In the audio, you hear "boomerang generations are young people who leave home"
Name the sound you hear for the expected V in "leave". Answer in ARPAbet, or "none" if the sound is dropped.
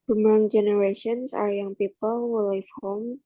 F